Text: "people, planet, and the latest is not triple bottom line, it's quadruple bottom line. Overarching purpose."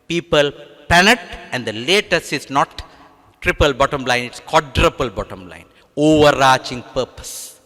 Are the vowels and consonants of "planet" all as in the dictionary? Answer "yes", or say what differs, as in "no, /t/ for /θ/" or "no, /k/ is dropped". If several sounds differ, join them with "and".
no, /l/ is dropped